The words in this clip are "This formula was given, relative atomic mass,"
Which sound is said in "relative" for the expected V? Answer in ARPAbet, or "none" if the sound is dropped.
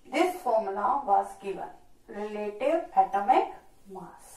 P